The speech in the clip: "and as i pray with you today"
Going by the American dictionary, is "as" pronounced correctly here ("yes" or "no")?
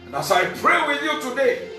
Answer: no